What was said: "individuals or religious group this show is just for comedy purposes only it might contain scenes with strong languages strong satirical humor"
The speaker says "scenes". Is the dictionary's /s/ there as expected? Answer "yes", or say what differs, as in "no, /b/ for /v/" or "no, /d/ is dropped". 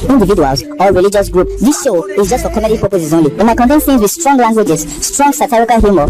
no, /θ/ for /s/